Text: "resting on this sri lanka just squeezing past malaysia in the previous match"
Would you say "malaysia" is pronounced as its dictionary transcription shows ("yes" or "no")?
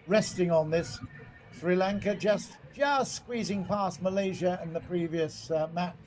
yes